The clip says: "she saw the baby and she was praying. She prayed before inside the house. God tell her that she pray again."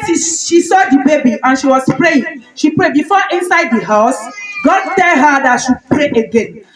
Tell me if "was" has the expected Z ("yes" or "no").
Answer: no